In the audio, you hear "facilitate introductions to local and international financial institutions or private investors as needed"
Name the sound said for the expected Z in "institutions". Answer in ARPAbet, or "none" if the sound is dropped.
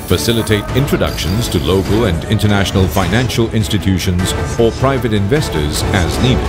Z